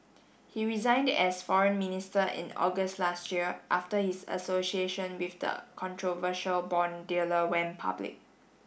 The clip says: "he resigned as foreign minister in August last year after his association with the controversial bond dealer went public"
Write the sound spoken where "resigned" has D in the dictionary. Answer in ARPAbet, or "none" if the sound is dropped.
D